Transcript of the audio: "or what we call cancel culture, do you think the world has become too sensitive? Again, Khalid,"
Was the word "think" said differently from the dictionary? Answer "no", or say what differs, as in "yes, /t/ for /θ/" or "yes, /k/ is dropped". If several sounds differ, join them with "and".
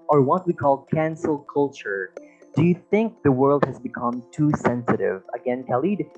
no